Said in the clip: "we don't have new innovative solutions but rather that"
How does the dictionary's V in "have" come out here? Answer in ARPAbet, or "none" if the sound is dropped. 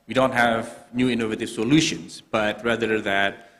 V